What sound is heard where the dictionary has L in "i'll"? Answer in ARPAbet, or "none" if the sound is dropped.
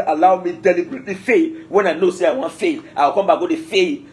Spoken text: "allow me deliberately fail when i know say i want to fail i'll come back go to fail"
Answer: W